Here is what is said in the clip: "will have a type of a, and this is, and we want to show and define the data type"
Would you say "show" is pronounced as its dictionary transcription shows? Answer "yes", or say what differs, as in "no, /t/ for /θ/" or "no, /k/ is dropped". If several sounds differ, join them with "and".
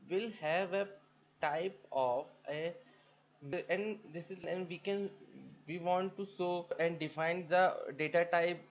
no, /s/ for /ʃ/